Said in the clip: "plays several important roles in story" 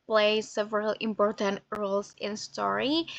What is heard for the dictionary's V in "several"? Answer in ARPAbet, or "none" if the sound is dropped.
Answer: V